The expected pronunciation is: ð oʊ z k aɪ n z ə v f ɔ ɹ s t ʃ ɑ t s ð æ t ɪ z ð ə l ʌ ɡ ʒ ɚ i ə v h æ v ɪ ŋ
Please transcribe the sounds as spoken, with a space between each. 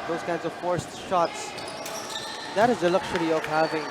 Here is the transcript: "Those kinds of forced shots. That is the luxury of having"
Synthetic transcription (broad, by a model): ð oʊ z k aɪ n z ə v f ɔ ɹ s t ʃ ɑ t s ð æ t ɪ z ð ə l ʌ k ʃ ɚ i ə v h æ v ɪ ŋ